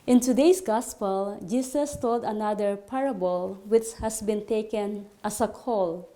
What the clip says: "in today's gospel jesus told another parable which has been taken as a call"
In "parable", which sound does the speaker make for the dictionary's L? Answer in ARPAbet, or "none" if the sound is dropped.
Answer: L